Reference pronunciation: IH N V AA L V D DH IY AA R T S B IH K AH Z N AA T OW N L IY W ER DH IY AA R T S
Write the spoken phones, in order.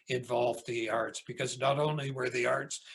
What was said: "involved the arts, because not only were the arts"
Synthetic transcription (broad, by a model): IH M V AA L V DH IY AA R T S B IH K AH Z N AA T OW N L IY W ER DH IY AA R T S